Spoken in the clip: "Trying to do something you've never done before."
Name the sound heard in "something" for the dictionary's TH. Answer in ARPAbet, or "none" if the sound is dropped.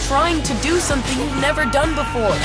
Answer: TH